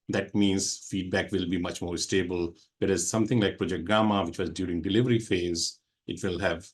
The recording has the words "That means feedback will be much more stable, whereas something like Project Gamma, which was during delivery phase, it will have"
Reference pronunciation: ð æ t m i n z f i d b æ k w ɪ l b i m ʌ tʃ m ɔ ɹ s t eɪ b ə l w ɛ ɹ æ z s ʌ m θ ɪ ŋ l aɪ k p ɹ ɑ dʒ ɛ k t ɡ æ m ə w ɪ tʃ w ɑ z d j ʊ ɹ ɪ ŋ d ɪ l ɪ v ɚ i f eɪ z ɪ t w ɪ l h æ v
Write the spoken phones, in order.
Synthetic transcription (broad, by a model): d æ t m i n z f i d b æ k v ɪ l b i m ʌ tʃ m ɔ ɹ s t eɪ b ə l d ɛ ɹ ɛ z s ʌ m t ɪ ŋ l aɪ k p ɹ ɑ dʒ ɛ k t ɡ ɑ m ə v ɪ tʃ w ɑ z d j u ɹ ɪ ŋ d ɪ l ɪ v ɚ i f eɪ z ɪ t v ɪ l h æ v